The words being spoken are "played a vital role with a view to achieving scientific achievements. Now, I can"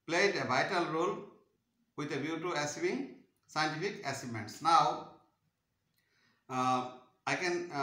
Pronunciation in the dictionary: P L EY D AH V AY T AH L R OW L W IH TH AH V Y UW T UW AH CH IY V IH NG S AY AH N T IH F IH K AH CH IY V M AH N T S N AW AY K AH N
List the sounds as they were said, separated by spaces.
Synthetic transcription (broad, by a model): P L EY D AH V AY T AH L R OW L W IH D AH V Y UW T UW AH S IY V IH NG S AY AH N T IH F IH K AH S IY M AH N T S N AW AY K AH N